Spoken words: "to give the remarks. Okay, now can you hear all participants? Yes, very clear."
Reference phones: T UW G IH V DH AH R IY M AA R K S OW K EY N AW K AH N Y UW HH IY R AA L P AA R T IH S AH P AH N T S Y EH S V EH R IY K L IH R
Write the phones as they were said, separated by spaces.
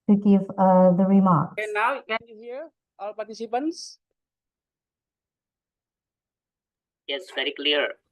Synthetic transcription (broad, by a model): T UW G IH V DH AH R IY M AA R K OW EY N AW K AH N Y UW HH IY R AA L P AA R T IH S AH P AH N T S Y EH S V EH R IY K L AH R